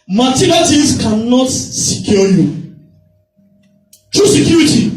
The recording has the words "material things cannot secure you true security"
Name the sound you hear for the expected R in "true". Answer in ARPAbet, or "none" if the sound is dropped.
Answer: R